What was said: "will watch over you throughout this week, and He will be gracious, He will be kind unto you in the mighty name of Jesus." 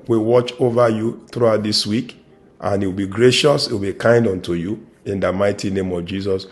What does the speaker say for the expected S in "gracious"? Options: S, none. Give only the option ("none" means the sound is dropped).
S